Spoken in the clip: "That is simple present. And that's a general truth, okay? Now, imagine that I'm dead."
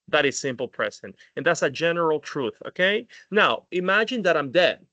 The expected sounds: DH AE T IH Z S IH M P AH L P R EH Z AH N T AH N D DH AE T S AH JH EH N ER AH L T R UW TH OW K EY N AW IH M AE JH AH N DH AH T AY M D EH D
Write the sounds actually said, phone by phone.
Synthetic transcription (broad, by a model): DH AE T IH Z S IH M P L P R EH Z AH N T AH N DH AE T S AH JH EH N ER L T R UW TH OW K EY N AW IH M AE JH AH N DH AH T AY M D EH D